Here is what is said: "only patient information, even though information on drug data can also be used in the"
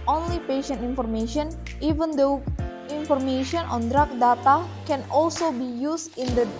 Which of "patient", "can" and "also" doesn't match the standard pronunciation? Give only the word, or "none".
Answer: none